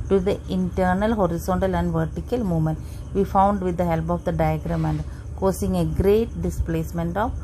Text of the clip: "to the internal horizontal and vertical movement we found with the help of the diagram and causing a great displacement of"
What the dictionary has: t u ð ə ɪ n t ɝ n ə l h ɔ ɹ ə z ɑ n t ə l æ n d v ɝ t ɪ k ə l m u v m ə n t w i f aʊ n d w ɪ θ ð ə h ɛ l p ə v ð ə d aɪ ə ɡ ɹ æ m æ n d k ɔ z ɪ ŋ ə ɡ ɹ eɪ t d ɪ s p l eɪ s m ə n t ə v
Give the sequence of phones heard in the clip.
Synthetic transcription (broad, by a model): t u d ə ɪ n t ɝ n ə l h ɔ ɹ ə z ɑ n t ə l æ n d v ɝ t ɪ k ə l m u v m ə n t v i f aʊ n d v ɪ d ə h ɛ l p ə v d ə d aɪ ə ɡ ɹ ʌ m æ n d k ɔ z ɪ ŋ ə ɡ ɹ eɪ t d ɪ s p l eɪ s m ə n t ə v